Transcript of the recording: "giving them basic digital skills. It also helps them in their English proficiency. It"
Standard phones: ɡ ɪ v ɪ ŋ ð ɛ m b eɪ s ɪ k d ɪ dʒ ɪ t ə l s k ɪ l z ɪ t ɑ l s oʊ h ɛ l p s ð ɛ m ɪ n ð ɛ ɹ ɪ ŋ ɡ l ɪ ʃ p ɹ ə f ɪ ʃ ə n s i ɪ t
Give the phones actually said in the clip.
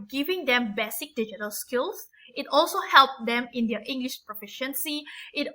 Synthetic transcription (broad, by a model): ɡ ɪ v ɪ ŋ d ɛ m b eɪ s ɪ k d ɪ dʒ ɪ t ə l s k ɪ l s ɪ t ɑ l s oʊ h ɛ l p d ɛ m ɪ n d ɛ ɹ ɪ ŋ ɡ l ɪ ʃ p ɹ ə f ɪ ʃ ə n s i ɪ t